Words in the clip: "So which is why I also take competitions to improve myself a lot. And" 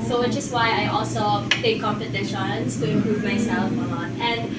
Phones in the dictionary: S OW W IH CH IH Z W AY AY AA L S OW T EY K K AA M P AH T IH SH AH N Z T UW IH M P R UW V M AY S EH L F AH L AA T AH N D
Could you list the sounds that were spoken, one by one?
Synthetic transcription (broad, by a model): S OW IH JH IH S W AY AY AA L S OW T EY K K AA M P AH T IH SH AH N S T UW IH M P R UW V M AY S EH L F AH N AA T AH N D